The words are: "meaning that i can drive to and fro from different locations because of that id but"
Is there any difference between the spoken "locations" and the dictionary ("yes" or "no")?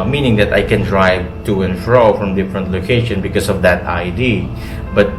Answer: yes